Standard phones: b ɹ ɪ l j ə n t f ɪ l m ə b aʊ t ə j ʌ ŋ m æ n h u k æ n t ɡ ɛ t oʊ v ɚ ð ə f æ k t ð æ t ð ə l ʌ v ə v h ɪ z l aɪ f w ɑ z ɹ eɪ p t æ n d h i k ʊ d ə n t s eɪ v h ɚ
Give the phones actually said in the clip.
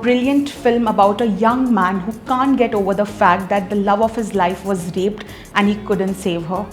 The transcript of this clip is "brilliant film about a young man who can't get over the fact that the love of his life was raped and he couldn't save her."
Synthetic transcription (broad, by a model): b ɹ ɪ l j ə n t f ɪ l m ə b aʊ t ə j ʌ ŋ m æ n h u k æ n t ɡ ɛ t oʊ v ɚ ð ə f æ k t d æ t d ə l ʌ v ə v h ɪ z l aɪ f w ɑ z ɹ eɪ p t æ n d h i k ʊ d ə n t s eɪ v h ɚ